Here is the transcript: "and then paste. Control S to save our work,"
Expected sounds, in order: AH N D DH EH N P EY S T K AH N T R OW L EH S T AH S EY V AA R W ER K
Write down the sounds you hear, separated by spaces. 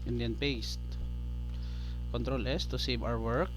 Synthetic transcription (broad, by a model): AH N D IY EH N P EY S T K AH N T R OW L EH S T AH S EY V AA W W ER K